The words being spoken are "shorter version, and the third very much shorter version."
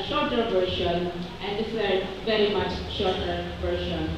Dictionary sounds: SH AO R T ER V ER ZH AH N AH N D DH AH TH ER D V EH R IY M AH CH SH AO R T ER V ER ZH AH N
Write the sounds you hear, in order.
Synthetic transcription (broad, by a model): SH AO R T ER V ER SH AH N AH N D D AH S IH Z V EH R IY M AH CH SH AO R T ER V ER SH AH N